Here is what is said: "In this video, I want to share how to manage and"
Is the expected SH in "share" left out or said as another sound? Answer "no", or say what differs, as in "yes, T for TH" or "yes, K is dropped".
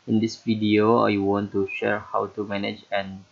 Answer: no